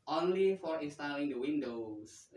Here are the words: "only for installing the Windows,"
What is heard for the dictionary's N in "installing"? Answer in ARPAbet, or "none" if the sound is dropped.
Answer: none